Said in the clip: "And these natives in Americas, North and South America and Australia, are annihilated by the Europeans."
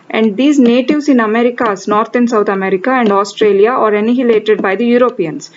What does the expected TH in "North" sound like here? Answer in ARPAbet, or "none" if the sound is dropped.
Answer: T